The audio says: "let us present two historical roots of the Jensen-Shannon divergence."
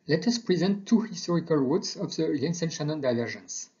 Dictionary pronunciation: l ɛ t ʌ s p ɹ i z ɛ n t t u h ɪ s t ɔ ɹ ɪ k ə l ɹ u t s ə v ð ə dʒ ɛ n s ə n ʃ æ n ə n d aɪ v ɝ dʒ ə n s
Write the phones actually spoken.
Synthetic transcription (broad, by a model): l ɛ t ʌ s p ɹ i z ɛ n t t u h ɪ s t ɔ ɹ ɪ k ə l w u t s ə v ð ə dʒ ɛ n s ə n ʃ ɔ n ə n d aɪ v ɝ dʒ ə n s